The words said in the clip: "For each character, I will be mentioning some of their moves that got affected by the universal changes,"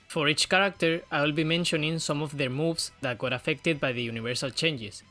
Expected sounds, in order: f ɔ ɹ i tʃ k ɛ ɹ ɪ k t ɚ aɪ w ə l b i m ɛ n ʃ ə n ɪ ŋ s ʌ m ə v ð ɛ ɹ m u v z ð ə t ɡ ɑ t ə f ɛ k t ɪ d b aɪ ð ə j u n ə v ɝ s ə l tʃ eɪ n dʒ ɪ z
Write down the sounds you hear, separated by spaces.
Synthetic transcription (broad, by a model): f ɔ ɹ i tʃ k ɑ ɹ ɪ k t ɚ aɪ w ə l b i m ɛ n ʃ ə n ɪ ŋ s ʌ m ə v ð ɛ ɹ m u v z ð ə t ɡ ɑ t ə f ɛ k t ɪ d b aɪ ð ə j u n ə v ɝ s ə l tʃ eɪ n dʒ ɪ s